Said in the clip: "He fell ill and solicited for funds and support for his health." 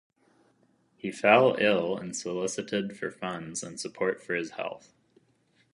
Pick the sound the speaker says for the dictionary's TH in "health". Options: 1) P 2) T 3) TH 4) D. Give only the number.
3